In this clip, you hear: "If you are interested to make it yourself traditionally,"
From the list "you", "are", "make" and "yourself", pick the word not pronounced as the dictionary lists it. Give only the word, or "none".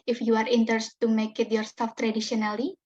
yourself